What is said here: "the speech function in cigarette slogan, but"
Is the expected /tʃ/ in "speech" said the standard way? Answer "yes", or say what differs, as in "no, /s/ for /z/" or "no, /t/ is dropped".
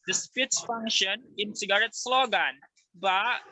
no, /s/ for /tʃ/